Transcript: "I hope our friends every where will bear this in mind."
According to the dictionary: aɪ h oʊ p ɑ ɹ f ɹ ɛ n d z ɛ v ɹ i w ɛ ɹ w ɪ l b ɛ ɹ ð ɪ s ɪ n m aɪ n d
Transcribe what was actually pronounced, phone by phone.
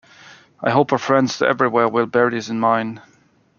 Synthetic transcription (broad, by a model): aɪ h oʊ p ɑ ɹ f ɹ ɛ n d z ɛ v ɹ i w ɛ ɹ w ɪ l b ɛ ɹ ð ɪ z ɪ n m aɪ n